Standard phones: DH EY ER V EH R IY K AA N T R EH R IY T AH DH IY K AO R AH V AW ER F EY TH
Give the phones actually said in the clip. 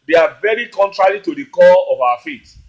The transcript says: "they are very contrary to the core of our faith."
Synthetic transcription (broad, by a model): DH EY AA V EH R IY K AA N T R EH R IY T AH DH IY K AO L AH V AW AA F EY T